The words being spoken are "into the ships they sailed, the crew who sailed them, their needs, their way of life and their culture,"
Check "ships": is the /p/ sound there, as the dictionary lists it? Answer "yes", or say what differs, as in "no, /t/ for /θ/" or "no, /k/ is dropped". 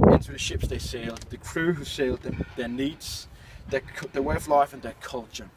yes